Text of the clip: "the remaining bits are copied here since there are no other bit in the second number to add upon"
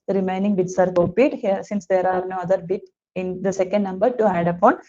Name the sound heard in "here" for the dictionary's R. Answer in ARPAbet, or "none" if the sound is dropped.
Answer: R